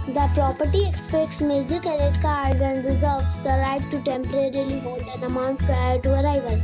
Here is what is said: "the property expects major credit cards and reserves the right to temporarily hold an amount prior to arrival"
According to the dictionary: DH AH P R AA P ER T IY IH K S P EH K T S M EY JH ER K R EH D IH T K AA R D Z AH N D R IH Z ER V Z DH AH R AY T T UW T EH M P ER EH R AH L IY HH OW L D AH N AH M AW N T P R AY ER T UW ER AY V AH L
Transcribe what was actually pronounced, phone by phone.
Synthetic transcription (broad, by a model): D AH P R AA P ER T IY IH K S P EH K T S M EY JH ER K EH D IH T K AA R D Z AH N D R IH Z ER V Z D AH R AY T T UW T EH M P ER EH R AH L IY HH OW L D AH N AH M AW N T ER T UW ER AY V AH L